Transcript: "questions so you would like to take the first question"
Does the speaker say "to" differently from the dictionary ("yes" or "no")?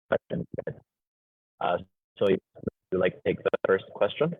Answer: no